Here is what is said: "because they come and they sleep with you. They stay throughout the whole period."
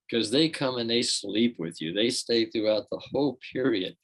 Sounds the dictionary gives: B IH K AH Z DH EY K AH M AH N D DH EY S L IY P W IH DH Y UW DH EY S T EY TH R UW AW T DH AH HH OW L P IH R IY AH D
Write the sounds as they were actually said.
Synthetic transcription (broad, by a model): K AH Z DH EY K AH M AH N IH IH S L IY P W IH DH Y UW DH EY S T EY TH R UW AW T DH AH HH OW L P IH R IY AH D